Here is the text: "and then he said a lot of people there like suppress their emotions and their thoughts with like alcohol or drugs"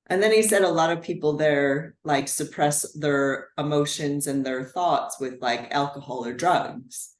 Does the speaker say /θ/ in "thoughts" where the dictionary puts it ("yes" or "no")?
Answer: yes